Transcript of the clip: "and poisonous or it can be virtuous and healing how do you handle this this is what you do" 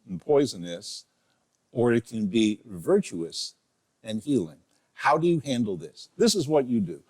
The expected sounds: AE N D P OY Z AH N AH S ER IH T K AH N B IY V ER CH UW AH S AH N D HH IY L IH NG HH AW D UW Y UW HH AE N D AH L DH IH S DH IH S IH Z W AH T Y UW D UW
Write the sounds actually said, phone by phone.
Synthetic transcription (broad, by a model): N P OY Z AH N AH S ER IH T K AH N B IY V ER CH UW AH S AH N HH IY L IH NG HH AW D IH Y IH HH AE N D L DH IH S DH IH S IH Z W AH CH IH D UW